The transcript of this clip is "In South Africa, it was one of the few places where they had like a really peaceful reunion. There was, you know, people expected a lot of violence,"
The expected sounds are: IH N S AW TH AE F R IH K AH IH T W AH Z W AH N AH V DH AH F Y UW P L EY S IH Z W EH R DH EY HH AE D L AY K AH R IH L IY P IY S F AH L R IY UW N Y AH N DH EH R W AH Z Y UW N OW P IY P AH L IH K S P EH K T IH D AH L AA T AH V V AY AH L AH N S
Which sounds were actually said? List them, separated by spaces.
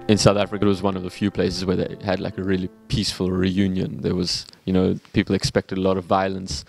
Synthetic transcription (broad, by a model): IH N S AW TH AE F R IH K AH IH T W AH Z W AH N AH V DH AH F Y UW P L EY S IH Z W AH R DH EY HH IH D L AY K AH R IH L IY P IY S F AH L R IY UW N Y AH N DH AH R W AH Z Y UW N OW P IY P L IH K S P EH K T IH D AH L AA T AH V V AY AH L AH N S